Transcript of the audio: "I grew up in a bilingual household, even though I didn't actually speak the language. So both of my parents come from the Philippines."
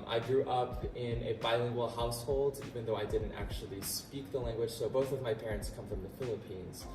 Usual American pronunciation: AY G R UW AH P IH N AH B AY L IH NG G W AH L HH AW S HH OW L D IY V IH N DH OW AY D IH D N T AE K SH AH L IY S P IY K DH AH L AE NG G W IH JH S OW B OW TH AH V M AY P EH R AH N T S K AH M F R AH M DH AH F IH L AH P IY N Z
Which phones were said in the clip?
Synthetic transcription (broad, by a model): AY G R UW AH P IH N AH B AY L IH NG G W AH L HH AW S HH OW L D IY V IH N DH OW AY D IH D N T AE K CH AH L IY S P IY K DH AH L AE NG G W IH JH S OW B OW TH AH V M AY P EH R AH N T S K AH M F R AH M DH AH F IH L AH P IY N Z